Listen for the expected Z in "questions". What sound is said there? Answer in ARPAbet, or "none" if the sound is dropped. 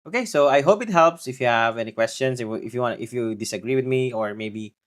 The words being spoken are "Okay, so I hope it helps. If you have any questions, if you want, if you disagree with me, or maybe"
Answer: S